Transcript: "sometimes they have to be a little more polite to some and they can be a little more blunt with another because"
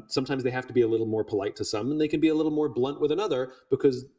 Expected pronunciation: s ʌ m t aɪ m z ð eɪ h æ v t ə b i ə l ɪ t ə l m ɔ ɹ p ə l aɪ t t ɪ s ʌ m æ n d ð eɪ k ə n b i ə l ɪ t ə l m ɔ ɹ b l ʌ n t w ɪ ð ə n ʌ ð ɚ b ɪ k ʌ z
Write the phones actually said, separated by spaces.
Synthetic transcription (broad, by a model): s ʌ m t aɪ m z ð eɪ h æ f t ə b i ə l ɪ t l m ɔ ɹ p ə l aɪ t t ɪ s ʌ m n ð eɪ k ə n b i ə l ɪ t l m ɔ ɹ b l ʌ n t w ɪ ð ə n ʌ ð ɚ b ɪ k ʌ z